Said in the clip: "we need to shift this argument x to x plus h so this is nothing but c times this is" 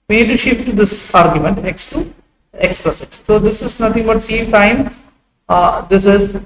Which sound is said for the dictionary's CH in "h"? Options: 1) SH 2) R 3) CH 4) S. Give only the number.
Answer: 4